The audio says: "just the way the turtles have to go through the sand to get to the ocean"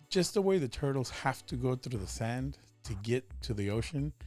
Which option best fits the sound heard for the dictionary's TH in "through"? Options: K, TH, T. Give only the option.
TH